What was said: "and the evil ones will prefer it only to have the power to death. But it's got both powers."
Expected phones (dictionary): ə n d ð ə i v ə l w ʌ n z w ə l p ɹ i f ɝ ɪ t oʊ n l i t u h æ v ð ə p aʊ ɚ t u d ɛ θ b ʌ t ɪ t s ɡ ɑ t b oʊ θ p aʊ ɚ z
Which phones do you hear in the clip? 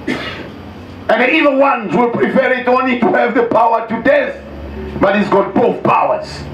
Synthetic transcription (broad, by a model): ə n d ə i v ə n w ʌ n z w ə l p ɹ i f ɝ ɪ t oʊ n l i t u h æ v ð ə p aʊ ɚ t u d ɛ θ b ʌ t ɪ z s ɡ ɑ t b oʊ θ p aʊ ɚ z